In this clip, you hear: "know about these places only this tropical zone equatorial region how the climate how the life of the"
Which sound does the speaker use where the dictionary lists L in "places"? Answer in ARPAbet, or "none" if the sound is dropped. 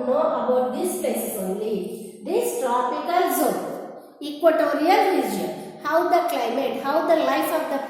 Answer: none